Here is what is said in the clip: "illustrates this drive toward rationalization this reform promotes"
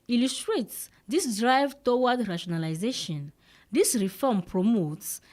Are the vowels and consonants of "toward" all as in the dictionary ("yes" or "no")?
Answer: no